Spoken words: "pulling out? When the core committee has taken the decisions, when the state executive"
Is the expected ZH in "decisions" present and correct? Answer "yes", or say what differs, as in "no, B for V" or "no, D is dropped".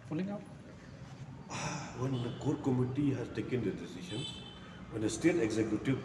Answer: no, SH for ZH